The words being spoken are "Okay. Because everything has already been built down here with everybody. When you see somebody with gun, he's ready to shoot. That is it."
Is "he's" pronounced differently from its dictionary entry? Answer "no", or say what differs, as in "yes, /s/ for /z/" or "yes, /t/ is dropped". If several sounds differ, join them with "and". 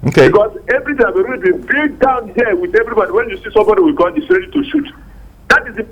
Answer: yes, /s/ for /z/